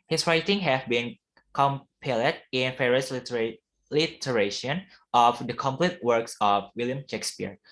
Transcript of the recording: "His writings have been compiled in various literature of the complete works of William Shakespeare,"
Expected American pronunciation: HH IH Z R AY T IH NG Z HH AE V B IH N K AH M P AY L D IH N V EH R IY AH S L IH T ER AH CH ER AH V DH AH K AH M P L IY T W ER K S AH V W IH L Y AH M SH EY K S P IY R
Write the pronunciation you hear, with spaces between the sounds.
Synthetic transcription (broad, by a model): HH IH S R AY T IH NG HH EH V B IH N K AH M P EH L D IH N F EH R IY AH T L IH T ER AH SH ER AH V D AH K AH M P L IY T W ER K S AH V W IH L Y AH M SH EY K S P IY R